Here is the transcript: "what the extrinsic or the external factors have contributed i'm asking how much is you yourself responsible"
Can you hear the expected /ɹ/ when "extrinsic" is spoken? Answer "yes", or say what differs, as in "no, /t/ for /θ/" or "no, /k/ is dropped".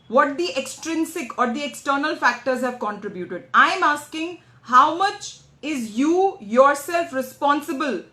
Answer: yes